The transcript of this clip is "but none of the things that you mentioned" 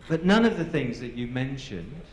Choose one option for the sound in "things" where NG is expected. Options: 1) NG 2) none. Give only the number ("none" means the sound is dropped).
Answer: 1